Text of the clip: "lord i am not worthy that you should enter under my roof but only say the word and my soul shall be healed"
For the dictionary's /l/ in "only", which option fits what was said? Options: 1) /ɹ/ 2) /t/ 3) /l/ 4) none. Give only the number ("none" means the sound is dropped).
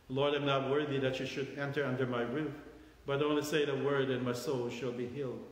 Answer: 4